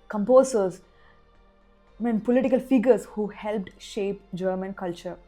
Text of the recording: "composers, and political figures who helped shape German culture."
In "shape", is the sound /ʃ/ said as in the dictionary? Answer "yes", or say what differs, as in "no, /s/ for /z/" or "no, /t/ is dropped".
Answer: yes